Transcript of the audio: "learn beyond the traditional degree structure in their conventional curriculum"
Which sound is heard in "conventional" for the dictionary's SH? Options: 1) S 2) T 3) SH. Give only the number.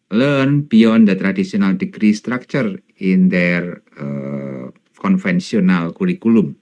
1